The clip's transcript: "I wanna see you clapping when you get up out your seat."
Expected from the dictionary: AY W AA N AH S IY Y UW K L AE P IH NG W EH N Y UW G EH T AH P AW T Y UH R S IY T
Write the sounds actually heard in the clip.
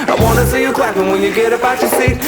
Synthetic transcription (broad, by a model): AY W AA N AH S IY Y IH K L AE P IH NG W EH N Y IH G EH T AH B AW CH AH R S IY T